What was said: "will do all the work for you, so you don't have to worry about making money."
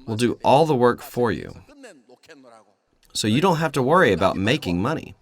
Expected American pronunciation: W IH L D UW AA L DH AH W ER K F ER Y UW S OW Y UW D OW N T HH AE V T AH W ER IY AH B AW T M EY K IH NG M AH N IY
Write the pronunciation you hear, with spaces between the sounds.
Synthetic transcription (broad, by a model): W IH L D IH AA L DH AH W ER K F ER Y UW S OW Y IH D OW N T HH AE F T AH W ER IY AH B AW T M EY K IH NG M AH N IY